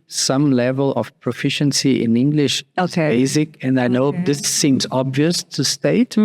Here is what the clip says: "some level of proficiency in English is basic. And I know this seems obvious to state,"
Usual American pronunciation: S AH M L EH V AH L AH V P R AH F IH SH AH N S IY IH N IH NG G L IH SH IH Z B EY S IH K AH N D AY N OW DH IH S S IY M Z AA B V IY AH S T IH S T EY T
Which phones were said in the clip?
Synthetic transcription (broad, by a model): S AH M L EH V AH L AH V P R AH F IH SH AH N S IY IH N IH NG G L IH SH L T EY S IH K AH N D AY N OW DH IH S S IY M Z AA B V IY AH S T IH S T EY T